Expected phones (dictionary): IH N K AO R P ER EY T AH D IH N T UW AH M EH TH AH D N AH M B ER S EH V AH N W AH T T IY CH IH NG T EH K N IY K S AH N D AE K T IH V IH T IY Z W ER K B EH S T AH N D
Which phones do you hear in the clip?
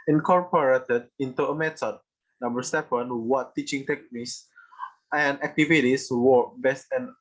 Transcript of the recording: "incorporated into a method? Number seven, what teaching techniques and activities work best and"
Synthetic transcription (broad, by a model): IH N K AO R P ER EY T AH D IH N T UW AH M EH T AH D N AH M B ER S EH P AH N W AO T T IY CH IH NG T EH K N IY K S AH N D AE K T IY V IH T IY S W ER B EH S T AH N